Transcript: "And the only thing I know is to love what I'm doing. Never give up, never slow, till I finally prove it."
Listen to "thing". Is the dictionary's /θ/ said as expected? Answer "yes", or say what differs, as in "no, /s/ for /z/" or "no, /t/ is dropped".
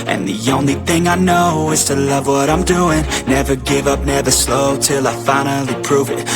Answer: yes